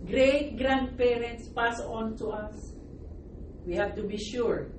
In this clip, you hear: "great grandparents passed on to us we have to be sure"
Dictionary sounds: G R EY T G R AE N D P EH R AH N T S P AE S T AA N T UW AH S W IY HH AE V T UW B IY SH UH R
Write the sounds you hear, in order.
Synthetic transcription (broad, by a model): G R EY T G R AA N D P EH R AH N T S P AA S AA N T UW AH S W IY HH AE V T UW B IY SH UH R